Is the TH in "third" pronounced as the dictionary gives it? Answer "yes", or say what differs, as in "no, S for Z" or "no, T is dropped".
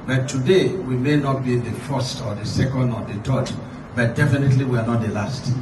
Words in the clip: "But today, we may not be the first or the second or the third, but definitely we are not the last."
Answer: no, T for TH